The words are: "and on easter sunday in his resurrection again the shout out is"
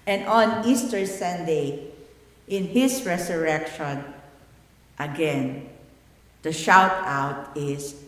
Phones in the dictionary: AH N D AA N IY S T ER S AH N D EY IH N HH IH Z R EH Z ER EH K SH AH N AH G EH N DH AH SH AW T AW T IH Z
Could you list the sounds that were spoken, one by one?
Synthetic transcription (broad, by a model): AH N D AA N IY S T ER S AH N D EY IH N HH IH S R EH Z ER EH K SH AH N AH G EH N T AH SH AW T AW T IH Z